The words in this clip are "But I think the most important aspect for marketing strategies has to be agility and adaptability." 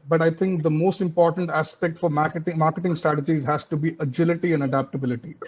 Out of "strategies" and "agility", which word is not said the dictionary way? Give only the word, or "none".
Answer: none